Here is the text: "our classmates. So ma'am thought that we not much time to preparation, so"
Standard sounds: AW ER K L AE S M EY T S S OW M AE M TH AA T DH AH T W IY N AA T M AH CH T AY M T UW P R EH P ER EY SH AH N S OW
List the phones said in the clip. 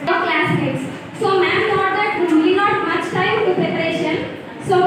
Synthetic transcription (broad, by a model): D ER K L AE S EY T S S OW M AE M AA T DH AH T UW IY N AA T M AH CH T AY M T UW P R EH P ER EY SH AH N S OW